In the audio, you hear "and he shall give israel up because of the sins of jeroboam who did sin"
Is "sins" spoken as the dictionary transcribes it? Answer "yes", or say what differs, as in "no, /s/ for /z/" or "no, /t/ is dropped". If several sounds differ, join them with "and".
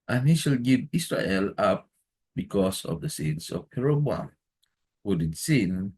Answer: no, /s/ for /z/